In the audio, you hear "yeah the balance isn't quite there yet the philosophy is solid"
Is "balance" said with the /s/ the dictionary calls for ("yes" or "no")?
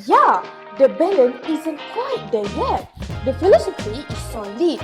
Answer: no